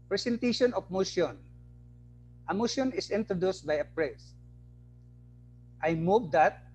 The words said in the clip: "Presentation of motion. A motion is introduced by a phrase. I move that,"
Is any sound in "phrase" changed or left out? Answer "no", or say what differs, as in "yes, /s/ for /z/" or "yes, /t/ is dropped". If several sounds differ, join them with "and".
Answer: yes, /p/ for /f/